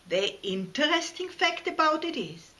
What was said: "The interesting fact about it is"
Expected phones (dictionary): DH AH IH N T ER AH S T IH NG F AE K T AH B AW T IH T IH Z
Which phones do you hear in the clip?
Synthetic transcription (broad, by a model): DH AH IH N T ER AH S T IH NG F AE K T AH B AW T IH T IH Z